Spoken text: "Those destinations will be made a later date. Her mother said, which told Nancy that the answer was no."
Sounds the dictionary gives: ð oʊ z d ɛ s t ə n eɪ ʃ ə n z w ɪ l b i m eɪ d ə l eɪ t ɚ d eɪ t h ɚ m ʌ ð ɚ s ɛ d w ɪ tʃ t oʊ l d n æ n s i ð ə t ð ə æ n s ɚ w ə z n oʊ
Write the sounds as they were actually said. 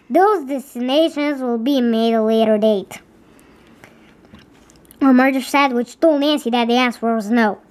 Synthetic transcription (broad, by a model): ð oʊ z d ɛ s t ə n eɪ ʃ ə n z w ɪ l b i m eɪ d ə l eɪ t ɚ d eɪ t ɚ m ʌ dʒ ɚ s ɛ d w ɪ tʃ t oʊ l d n æ n s i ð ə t ð ə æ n s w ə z n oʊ